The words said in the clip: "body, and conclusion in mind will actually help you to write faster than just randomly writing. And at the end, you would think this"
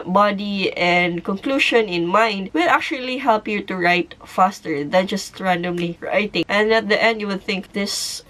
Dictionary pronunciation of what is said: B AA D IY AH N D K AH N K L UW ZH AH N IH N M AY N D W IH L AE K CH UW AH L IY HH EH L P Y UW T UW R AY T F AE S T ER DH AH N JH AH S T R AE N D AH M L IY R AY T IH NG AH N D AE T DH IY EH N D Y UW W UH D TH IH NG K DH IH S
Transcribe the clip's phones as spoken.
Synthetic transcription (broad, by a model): B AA D IY AH N D K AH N K L UW SH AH N IH N M AY N D W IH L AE K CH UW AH L IY HH EH L P Y UW T UW R AY T F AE S T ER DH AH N JH AH S T R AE N D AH M L IY R AY T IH NG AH N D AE T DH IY EH N D Y UW W UH D TH IH NG K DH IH S